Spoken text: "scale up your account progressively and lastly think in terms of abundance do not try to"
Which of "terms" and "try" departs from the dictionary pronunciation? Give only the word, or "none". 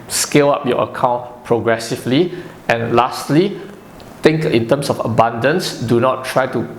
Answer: terms